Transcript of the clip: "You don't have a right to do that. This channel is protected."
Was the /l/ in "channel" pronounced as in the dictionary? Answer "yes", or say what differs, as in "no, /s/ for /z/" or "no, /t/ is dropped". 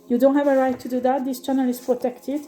yes